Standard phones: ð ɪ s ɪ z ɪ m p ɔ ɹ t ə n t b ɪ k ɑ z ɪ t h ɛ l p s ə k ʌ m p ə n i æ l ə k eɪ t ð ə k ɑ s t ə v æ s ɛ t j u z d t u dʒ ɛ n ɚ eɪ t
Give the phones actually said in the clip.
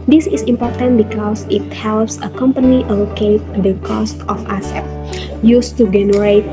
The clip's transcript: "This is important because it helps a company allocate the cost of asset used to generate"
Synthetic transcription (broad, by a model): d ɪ s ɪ s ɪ m p ɔ ɹ t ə n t b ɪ k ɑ s ɪ t h ɛ l p s ə k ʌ m p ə n i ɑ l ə k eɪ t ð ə k ɑ s t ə f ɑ s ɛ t j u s t u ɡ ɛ n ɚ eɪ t